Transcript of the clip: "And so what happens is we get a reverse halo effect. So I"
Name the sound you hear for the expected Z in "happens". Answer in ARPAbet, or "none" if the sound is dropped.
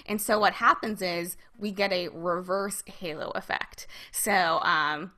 Z